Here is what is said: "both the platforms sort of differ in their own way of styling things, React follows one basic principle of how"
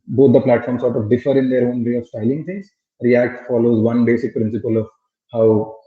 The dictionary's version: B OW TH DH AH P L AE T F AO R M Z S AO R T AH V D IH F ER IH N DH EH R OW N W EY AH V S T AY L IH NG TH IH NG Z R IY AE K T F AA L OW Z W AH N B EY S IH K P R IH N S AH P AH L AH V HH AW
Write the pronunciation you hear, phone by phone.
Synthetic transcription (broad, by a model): B OW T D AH P L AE T F AO R M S AO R T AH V D IH F ER IH N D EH R OW N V EY AH V S T AY L IH NG T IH NG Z R IY AE K T F AA L OW Z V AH N B EY S IH K P R IH N S AH P AH L AH V HH AW